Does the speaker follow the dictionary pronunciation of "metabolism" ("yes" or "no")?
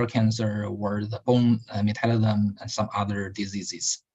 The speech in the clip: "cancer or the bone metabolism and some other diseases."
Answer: no